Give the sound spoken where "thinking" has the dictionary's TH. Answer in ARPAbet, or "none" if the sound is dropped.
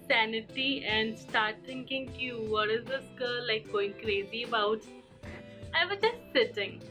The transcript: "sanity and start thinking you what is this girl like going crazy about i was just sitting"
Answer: T